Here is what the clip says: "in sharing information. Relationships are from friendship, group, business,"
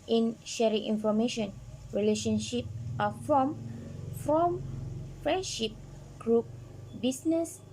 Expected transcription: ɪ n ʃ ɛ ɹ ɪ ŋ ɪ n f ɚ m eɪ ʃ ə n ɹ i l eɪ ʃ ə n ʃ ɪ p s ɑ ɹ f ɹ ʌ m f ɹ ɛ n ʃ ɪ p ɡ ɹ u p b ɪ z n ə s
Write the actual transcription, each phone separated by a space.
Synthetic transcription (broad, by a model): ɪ n ʃ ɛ ɹ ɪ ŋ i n f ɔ m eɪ ʃ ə n ɹ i l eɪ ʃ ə n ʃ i p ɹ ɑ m f ɹ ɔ m f ɹ ɛ n ʃ ɪ p ɡ ɹ u p b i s n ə s